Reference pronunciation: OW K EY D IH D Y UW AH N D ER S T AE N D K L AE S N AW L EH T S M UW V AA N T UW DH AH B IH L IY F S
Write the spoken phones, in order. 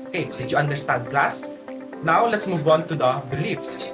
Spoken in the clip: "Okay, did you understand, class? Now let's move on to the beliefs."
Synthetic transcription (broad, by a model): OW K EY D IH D Y UW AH N D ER S T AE N D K L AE S N AW L EH T S M UW V AA N T UW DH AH B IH L IY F S